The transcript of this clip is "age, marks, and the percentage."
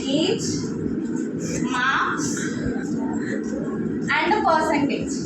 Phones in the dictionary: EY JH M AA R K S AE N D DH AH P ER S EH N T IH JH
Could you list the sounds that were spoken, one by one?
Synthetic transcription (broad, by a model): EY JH M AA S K AE N D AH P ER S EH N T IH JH